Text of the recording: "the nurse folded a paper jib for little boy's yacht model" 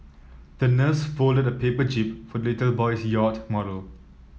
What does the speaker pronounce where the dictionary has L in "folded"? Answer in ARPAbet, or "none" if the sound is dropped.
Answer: L